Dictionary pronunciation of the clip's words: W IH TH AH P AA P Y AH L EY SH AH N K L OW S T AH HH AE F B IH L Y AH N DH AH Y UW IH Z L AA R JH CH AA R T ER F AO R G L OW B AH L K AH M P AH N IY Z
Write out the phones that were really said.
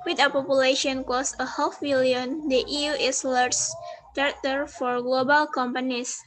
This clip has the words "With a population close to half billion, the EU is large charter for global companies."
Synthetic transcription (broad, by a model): W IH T AH P AA P Y AH L EY SH AH N K OW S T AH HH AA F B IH L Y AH N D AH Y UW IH S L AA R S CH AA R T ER F AO R G L OW B AH L K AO M P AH N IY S